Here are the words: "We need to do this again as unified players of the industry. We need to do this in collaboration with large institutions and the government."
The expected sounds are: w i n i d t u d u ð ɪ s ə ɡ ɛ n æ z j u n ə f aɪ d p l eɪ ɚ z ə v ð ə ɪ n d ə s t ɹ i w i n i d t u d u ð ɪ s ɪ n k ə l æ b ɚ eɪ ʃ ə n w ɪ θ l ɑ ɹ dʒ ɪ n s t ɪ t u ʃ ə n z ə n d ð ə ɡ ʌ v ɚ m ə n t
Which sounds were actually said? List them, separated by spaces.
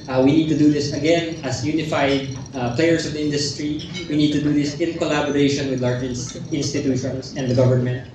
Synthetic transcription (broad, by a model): w i n i d t u d u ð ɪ s ə ɡ ɛ n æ s j u n ə f aɪ d p l eɪ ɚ s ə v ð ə ɪ n d ə s t ɹ i w i n i d t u d u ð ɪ s ɪ n k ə l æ b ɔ eɪ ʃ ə n w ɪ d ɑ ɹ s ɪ n s t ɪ t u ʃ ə n s ə n d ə ɡ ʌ v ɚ m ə n t